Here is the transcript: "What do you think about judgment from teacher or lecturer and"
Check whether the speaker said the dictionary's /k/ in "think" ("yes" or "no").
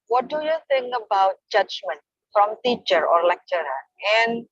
no